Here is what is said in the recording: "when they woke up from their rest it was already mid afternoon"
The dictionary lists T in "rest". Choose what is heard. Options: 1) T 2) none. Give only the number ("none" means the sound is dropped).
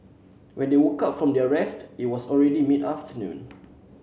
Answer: 1